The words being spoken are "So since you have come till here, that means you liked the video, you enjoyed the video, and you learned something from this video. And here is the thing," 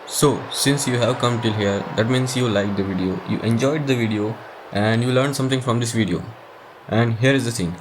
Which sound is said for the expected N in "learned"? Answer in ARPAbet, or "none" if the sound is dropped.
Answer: N